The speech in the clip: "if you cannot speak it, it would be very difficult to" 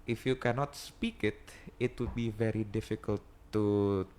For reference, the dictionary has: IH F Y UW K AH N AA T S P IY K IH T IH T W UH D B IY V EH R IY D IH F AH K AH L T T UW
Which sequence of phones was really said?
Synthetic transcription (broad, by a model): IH F Y UW K AH N AA T S P IY K IH T IH T W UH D B IY V EH R IY D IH F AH K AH L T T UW